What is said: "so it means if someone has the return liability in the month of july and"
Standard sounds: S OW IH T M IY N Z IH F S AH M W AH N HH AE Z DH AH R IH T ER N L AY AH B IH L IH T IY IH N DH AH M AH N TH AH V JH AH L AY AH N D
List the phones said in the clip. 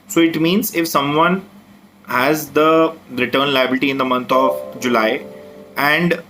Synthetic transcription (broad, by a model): S OW IH T M IY N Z IH F S AH M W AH N HH AE Z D AH R IH T ER N L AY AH B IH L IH T IY IH N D AH M AH N T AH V JH AH L AY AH N D